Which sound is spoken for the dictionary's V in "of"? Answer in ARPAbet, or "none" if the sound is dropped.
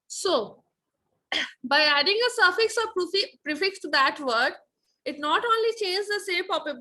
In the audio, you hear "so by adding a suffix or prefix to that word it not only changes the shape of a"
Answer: P